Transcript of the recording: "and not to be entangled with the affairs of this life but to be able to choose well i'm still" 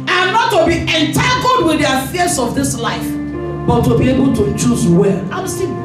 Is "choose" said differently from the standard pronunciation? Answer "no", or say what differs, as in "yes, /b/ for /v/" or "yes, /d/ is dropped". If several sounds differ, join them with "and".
no